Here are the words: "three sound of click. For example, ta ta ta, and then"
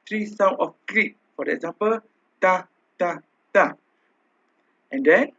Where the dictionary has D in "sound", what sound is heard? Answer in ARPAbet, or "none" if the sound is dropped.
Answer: none